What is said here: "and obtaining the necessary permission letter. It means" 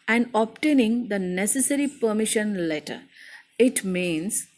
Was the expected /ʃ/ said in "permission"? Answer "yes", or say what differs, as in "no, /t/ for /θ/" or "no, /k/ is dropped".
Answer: yes